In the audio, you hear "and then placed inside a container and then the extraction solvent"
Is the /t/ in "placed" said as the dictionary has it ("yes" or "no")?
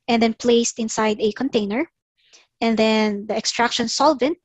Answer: yes